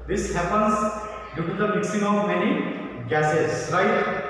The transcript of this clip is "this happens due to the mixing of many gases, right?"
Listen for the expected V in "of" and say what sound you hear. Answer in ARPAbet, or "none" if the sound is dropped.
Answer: W